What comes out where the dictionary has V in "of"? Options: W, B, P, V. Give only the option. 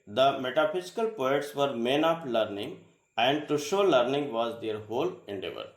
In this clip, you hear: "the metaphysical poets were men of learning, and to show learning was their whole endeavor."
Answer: P